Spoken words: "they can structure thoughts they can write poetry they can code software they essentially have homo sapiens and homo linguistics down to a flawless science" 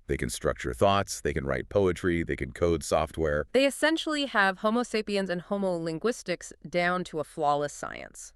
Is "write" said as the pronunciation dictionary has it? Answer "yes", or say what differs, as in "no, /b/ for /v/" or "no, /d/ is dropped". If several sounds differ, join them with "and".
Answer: yes